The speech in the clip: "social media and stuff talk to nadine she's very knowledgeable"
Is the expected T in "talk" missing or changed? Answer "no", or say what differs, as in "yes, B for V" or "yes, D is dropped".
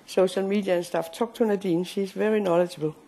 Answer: yes, S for T